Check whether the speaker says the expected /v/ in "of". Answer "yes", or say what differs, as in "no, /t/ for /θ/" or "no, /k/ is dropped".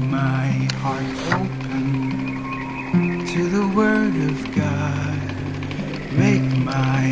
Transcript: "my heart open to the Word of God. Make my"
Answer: yes